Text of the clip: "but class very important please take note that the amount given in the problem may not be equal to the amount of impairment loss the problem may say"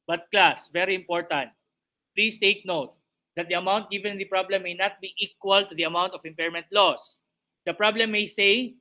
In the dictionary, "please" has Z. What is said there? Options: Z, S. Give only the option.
S